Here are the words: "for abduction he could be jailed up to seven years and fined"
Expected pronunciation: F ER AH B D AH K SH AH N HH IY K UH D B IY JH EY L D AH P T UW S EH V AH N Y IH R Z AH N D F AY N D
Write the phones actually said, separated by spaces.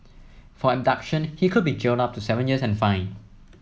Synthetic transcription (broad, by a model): F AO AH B D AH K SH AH N HH IY K UH D B IY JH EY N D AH P T UW S EH V AH N Y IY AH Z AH N F AY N